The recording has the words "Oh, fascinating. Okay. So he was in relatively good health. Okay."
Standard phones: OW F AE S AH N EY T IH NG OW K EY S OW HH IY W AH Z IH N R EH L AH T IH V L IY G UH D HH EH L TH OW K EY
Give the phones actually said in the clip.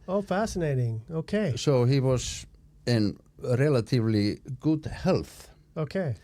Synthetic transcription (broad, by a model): OW F AE S AH N EY T IH NG OW K EY S OW HH IY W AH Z IH N R EH L AH T IH V L IY G UH D HH EH L TH OW K EY